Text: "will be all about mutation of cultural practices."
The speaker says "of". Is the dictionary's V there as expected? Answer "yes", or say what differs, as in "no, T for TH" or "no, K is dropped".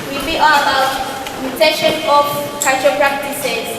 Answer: no, F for V